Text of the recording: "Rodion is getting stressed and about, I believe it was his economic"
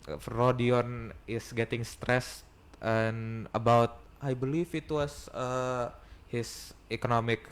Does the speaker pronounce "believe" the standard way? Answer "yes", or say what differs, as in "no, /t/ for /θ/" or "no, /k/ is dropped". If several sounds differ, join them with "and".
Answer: no, /f/ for /v/